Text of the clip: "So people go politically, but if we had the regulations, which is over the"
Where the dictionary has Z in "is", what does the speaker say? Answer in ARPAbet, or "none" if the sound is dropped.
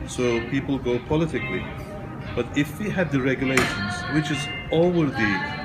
Z